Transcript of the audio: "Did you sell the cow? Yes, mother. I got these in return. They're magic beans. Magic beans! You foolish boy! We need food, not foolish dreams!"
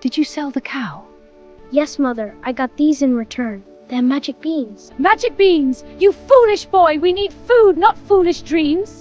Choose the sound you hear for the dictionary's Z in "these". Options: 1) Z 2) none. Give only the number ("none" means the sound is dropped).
1